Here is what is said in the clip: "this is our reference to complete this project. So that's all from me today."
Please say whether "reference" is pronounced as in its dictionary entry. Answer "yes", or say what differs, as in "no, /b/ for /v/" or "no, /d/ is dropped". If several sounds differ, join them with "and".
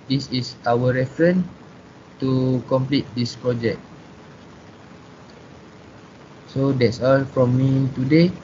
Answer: no, /s/ is dropped